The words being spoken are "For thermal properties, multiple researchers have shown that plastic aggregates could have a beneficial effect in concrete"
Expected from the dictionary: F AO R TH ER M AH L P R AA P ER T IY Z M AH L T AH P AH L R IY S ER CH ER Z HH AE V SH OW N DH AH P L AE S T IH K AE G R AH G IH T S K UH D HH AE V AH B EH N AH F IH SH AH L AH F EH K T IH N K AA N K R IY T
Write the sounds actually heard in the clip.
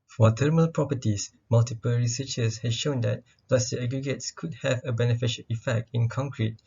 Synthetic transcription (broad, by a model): F AO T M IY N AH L P R AA P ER T IY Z M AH L T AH P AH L R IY S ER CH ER S HH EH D SH OW N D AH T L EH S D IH AE G R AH G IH T S K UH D HH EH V AH B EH N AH F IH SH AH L AH F EH K T IH N K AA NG K R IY T